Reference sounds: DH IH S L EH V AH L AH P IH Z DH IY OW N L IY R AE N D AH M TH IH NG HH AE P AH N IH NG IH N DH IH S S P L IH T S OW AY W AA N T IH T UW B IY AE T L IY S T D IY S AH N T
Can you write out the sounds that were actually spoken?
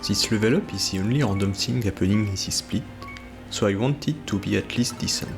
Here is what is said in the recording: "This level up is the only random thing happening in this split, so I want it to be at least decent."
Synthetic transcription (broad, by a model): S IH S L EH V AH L AH P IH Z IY OW N L IY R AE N D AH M S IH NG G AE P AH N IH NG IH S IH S S P L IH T S OW AY W AA N T IH T UW B IY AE T L IY S T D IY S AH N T